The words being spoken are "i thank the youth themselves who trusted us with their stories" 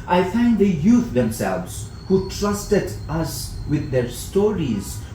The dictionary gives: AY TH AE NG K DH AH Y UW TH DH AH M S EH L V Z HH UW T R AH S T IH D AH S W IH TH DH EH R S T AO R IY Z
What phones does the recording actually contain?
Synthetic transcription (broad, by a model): AY F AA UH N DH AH Y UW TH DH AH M S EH L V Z HH UW T R AH S T IH D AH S W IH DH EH R S T AO R IY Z